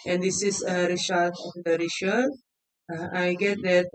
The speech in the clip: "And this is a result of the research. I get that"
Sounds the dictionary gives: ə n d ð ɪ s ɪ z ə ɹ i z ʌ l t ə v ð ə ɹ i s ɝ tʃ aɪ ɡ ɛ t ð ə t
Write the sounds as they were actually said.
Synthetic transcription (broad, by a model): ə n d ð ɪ s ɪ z ə ɹ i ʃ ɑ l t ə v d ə ɹ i ʃ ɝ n aɪ ɡ ɛ t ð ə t